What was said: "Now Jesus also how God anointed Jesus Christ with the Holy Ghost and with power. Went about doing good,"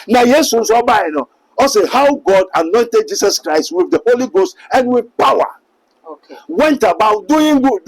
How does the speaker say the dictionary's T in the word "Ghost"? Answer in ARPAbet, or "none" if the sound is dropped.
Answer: T